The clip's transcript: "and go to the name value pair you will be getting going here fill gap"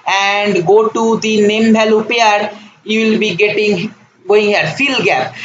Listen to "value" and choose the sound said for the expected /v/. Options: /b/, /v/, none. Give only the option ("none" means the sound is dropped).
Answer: /b/